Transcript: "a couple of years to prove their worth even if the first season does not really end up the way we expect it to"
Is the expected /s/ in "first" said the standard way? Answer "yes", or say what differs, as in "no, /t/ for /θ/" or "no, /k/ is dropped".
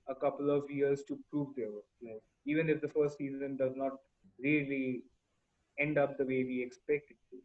yes